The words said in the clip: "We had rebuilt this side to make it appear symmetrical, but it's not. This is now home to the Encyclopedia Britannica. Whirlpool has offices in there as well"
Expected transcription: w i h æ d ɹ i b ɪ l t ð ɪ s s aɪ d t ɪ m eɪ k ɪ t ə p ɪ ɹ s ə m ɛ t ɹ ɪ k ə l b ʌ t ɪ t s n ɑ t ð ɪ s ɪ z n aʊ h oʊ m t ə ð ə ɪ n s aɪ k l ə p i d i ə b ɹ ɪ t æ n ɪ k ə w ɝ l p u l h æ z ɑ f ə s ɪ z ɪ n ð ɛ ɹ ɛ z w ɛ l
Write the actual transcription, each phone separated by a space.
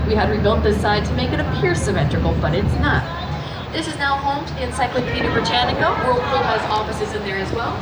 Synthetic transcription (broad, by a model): w i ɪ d ɹ i b ɪ l t ð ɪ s s aɪ d t ɪ m eɪ k ɪ t ə p ɪ ɹ s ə m ɛ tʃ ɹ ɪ k l b ʌ t ɪ t s n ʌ t ð ɪ s ɪ z n aʊ h oʊ m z ɪ n s aɪ k l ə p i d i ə ɹ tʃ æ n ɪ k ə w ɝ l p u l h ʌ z ɑ f ə s ɪ z ɪ n ð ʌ ɹ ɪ z w ɛ l